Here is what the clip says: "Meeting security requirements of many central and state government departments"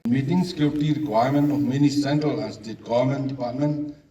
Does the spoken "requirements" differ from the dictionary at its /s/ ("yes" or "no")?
yes